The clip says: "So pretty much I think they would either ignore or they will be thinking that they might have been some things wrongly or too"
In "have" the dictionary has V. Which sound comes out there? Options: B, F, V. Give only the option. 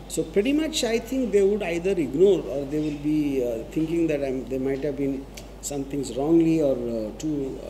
V